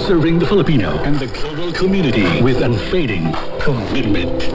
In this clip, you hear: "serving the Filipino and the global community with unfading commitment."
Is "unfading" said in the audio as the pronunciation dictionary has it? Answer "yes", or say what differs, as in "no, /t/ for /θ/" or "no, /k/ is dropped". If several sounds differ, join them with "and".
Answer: yes